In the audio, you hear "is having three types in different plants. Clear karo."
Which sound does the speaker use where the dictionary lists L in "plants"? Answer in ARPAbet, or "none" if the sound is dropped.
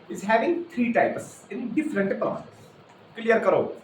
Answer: none